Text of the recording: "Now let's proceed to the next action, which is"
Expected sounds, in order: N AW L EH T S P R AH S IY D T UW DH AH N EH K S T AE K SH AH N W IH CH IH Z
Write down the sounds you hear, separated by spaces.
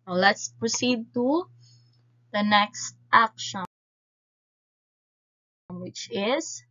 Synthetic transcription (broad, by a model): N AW L EH T S P R AH S IY D T UW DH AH N EH K S T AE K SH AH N W IH CH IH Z